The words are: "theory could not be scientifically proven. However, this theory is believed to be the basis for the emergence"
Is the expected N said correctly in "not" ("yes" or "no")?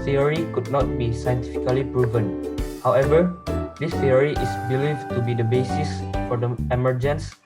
yes